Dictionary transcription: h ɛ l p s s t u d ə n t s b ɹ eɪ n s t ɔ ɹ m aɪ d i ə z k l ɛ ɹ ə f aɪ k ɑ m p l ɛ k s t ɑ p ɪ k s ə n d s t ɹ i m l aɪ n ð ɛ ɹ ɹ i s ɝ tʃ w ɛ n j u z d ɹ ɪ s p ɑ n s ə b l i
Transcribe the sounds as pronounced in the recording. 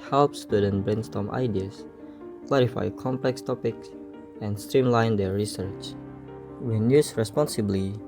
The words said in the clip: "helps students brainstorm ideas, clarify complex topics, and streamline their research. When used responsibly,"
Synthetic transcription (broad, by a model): h ɛ l p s s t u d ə n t b ɹ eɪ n s t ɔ m aɪ d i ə s k l ɛ ɹ ə f aɪ k ɑ m p l ɛ k s t ɑ p ɪ k s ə n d s t ɹ i m l aɪ n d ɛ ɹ ɹ i s ɝ tʃ w ɛ n j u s ɹ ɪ s p ɑ n s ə b l i